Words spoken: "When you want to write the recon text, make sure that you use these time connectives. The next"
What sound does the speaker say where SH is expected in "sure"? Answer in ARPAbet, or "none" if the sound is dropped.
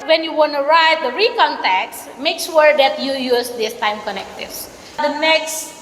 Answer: S